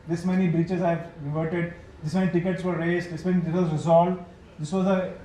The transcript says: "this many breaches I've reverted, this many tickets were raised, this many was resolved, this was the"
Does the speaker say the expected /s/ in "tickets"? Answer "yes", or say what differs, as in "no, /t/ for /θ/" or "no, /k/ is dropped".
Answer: yes